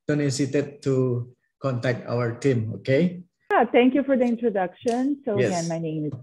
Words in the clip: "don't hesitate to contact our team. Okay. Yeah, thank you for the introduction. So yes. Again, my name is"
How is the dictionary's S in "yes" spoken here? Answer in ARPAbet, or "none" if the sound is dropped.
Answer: none